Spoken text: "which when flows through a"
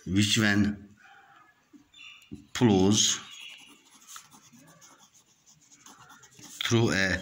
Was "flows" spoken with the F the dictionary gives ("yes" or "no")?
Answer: no